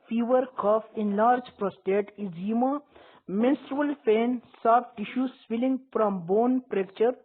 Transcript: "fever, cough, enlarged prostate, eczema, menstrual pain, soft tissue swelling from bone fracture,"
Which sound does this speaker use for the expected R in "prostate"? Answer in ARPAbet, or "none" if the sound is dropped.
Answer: R